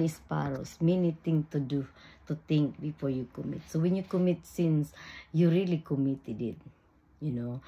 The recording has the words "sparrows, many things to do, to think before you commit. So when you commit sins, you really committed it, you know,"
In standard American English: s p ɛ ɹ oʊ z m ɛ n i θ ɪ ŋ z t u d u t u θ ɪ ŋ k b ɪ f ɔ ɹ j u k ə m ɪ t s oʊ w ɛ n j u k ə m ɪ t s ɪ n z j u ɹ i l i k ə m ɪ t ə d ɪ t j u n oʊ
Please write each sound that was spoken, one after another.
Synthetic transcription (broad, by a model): s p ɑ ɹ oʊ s m ɛ n i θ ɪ ŋ t u d u t u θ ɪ ŋ k b ɪ f ɔ ɹ j u k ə m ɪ t s oʊ w ɛ n j u k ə m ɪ t s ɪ n s j u ɹ i l i k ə m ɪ t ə d ɪ t j u n oʊ